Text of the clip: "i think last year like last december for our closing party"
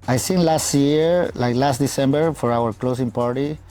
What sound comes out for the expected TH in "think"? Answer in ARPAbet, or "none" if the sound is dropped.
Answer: S